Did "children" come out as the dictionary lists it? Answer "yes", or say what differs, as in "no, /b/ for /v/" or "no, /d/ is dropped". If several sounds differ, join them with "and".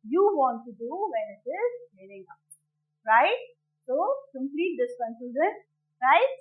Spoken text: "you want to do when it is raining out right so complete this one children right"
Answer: no, /l/ is dropped and /ɹ/ is dropped